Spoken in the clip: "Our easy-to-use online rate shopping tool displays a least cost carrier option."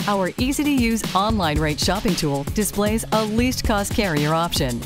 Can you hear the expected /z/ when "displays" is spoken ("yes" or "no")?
yes